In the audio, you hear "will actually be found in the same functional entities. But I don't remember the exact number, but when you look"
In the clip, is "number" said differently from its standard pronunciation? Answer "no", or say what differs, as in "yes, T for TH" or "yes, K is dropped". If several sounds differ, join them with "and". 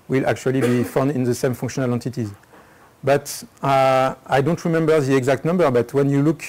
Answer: no